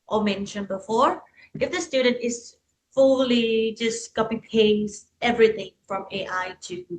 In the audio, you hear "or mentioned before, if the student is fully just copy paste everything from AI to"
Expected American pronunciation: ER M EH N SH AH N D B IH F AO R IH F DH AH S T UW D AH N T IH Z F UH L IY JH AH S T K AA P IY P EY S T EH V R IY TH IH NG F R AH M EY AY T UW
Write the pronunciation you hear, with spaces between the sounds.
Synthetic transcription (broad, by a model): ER M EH N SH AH N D B IH F AO R IH F DH AH S T UW D AH N T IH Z F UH L IY JH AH S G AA B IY P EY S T EH V R IY TH IH NG F R AH M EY AY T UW